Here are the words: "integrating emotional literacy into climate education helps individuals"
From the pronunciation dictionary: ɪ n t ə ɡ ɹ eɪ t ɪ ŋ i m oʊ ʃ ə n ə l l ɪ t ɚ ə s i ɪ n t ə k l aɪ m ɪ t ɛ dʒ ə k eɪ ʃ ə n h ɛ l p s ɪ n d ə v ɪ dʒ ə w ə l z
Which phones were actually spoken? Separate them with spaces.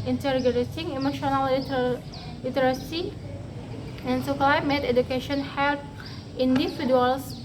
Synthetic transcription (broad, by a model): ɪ n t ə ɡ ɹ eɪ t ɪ ŋ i m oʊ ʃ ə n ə l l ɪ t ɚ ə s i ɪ n s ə k l aɪ m ɪ t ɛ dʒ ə k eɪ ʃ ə n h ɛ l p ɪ n d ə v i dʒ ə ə l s